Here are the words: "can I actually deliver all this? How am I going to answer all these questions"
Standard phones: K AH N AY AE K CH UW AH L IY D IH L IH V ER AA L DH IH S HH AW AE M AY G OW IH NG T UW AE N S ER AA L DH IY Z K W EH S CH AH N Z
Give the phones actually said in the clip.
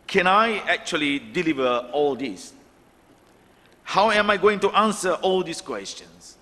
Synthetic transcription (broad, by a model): K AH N AY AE K CH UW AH L IY D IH L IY V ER AA L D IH S HH AW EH M AY G OW IH NG T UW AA N S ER AA L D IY S K W EH S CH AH N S